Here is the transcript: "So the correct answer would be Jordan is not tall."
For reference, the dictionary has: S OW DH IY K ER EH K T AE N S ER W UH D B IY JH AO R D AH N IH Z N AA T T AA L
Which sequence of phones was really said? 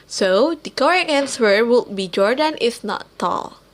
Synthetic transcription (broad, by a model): S OW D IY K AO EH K AE N S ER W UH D B IY JH AO R D AH N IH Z N AA T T AA L